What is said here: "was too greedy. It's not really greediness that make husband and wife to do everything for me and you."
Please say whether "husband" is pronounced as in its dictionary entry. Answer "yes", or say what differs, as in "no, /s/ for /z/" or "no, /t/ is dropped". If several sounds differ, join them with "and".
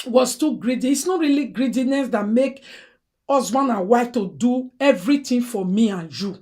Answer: no, /d/ is dropped